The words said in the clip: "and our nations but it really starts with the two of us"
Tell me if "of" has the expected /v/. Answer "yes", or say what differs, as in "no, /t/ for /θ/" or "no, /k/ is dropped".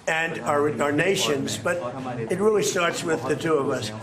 yes